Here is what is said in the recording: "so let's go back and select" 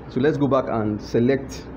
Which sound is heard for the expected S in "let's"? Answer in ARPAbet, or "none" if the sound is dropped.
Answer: S